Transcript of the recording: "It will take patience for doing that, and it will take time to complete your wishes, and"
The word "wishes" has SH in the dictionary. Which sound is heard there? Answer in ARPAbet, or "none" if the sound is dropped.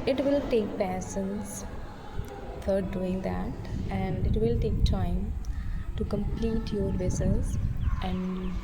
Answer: S